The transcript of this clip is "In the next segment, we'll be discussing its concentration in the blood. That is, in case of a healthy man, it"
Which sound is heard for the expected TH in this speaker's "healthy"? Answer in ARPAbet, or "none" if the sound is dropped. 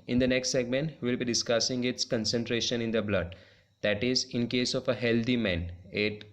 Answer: T